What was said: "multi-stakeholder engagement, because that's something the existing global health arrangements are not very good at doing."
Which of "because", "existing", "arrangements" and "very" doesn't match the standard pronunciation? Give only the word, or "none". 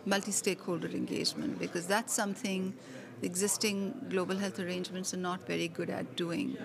none